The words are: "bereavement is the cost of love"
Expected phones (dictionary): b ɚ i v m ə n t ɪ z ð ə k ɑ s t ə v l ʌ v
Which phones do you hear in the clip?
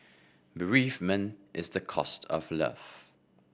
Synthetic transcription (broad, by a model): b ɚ i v m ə n t ɪ z ð ə k ɑ s t ə v l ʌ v